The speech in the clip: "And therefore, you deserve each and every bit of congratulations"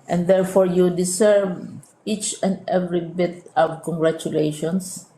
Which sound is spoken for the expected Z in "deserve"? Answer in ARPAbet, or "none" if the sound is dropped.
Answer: S